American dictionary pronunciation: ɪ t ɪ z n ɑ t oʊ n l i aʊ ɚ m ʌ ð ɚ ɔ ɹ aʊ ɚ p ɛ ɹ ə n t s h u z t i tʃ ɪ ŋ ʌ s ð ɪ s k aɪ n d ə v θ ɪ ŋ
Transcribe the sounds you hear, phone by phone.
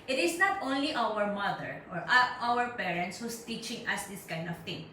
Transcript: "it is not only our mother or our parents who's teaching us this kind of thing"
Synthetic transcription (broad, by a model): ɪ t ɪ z n ɑ t oʊ n l i aʊ ɚ m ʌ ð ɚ ɔ ɹ aʊ ɚ p ɛ ɹ ə n t s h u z t i tʃ ɪ ŋ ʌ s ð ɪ s k aɪ n d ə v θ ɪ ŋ